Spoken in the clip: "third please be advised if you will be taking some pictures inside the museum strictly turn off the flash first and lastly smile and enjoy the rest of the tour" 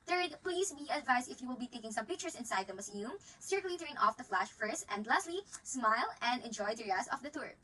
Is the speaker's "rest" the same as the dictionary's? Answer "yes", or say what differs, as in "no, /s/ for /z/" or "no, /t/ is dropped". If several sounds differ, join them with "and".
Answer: no, /t/ is dropped